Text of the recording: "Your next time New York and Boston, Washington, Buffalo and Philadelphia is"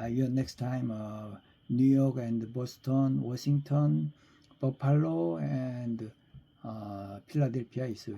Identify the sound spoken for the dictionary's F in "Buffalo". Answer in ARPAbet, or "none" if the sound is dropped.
P